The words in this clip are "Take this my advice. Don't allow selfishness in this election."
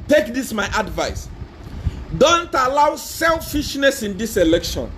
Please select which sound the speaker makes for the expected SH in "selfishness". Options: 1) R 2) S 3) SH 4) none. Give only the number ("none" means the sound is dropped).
3